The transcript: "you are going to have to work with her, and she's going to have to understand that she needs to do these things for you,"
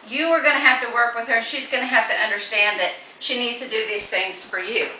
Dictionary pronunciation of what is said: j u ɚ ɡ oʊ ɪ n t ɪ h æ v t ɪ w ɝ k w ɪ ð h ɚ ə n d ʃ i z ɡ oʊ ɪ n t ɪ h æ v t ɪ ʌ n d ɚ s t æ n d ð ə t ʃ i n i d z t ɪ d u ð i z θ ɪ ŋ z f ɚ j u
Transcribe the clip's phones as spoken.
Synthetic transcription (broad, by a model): j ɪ ɚ ɡ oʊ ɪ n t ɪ h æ f t ɪ w ɝ k w ɪ ð ɚ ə n ʃ i z ɡ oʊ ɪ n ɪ h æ f t ɪ ʌ n d ɚ s t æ n ð ə t ʃ i n i d z t ɪ d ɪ ð i z θ ɪ ŋ z f ɚ j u